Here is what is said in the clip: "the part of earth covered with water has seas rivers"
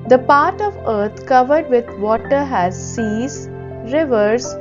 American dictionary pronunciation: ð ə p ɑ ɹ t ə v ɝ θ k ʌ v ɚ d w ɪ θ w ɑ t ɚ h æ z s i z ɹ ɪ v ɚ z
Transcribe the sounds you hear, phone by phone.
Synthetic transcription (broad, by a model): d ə p ɑ ɹ t ə v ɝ t k ʌ v ɚ d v ɪ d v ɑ t ɚ h æ z s i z ɹ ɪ v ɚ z